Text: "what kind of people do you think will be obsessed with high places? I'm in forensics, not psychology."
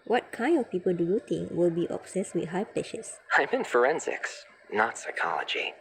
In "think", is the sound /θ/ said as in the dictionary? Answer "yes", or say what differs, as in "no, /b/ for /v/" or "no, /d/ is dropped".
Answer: no, /t/ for /θ/